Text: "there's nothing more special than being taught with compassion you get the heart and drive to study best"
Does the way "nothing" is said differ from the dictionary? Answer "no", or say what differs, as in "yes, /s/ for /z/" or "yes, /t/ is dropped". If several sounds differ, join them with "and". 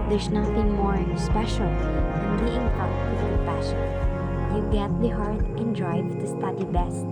yes, /t/ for /θ/